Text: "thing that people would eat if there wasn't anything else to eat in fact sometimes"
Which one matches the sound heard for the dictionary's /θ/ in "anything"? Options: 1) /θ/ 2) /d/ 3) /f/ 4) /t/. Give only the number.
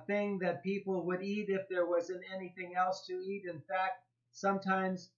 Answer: 1